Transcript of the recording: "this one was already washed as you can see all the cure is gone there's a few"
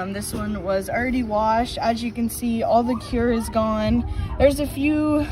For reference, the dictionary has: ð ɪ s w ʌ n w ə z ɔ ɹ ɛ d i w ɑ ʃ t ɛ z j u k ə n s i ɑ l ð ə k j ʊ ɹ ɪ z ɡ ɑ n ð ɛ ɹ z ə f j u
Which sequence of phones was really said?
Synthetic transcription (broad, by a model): ð ɪ s w ʌ n w ə z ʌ ɹ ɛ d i w ɑ ʃ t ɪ z j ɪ k ə n s i ɑ l ð ə k j ʊ ɹ ɪ z ɡ ɑ n ð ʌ ɹ z ə f j u